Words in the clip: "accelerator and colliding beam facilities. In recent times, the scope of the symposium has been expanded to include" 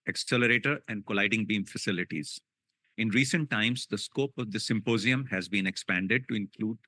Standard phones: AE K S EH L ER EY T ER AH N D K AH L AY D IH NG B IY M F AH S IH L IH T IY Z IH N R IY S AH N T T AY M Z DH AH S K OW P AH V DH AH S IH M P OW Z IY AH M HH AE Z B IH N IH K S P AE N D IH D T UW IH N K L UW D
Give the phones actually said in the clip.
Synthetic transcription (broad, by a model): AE K S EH L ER EY T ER AH N D K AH L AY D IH NG B IY M F AH S IH L IH T IY Z IH N R IY S AH N T T AY M Z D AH S K OW P AH V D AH S IH M P OW Z IY AH M HH AE Z B IH N IH K S P AE N D IH D T UW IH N K L UW D